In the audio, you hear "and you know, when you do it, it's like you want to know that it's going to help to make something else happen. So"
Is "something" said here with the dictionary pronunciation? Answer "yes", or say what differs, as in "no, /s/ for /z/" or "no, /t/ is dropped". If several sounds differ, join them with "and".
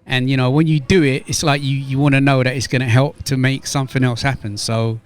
yes